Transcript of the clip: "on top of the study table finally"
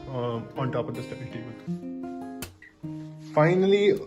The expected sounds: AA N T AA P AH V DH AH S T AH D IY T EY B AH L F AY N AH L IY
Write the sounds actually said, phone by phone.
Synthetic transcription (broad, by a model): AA N T AA P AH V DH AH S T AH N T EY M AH N F AY N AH L IY